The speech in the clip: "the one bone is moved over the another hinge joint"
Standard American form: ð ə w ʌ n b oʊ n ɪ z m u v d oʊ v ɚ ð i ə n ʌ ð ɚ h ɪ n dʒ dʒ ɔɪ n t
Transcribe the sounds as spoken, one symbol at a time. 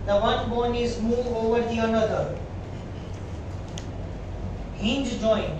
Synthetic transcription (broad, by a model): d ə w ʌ n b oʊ n ɪ z m u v oʊ v ɚ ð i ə n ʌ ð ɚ h ɪ n dʒ dʒ ɔɪ n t